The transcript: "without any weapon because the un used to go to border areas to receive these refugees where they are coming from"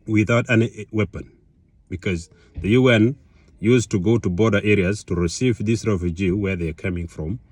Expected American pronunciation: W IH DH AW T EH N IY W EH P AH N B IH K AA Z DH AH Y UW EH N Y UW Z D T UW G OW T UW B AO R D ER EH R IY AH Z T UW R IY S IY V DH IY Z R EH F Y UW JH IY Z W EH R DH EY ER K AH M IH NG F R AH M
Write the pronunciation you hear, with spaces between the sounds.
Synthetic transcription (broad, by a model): W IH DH AW T EH N IY W EH P AH N B IH K AA Z DH AH Y UW EH N Y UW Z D T UW G OW T UW B AO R D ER EH R IY AH Z T UW R IY S IY V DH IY S R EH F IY JH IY W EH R DH EY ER K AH M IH NG F R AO M